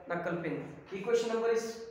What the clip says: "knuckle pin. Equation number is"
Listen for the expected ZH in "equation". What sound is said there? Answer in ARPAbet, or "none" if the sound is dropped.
SH